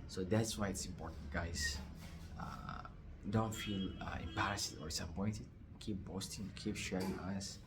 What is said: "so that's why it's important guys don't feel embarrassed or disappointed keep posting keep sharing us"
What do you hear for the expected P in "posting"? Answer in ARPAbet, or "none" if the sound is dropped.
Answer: B